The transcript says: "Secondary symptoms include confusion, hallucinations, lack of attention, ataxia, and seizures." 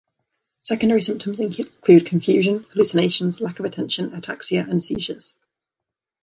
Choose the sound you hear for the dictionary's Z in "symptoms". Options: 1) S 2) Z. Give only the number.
2